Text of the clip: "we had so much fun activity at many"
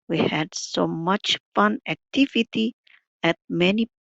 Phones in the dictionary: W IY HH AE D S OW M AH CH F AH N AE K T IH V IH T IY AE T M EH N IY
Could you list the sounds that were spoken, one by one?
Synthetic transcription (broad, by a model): W IY HH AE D S OW M AH CH F AH N AE K T IH V IH T IY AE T M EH N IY